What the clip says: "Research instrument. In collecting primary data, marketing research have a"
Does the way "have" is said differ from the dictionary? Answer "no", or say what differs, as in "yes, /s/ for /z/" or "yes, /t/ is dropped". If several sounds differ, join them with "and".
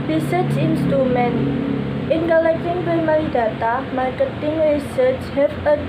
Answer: yes, /f/ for /v/